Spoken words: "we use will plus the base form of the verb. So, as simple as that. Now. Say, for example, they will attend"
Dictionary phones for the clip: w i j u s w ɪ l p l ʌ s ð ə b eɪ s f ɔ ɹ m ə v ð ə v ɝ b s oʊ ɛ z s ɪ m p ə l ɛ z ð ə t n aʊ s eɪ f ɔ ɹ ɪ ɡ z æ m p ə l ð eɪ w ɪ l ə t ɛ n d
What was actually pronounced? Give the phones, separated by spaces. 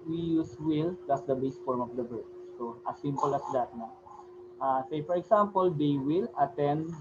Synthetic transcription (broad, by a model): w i j u s w ɪ l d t s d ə b eɪ s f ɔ ɹ m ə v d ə b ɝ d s oʊ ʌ s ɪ m p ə l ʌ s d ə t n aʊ s eɪ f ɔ ɹ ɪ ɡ s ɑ m p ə l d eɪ w ɪ l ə t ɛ n d